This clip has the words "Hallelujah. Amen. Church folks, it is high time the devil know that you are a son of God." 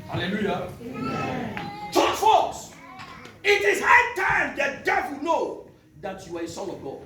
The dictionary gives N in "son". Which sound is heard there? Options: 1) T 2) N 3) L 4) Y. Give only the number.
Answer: 3